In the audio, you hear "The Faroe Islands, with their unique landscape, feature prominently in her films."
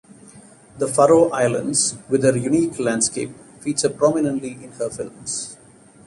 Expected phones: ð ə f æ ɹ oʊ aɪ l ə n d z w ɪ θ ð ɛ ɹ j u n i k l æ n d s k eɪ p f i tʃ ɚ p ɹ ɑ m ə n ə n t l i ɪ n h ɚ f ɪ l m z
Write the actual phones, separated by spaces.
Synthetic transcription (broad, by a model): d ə f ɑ ɹ oʊ aɪ l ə n d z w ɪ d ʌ ɹ j u n i k l æ n d s k eɪ p f i s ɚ p ɹ ɑ m ə n ə n t l i ɪ n h ɚ f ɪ l m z